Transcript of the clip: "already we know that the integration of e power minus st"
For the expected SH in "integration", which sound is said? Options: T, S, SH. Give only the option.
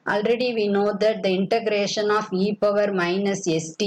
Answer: SH